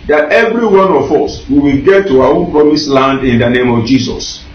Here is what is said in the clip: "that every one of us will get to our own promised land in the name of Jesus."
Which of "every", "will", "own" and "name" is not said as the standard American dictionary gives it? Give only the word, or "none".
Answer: will